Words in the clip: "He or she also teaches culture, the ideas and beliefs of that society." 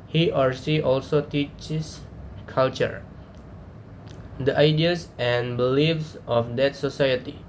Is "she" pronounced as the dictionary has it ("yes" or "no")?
no